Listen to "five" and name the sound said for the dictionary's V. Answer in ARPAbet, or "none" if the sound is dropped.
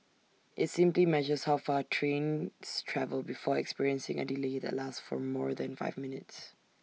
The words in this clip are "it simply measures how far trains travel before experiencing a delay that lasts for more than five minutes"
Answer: V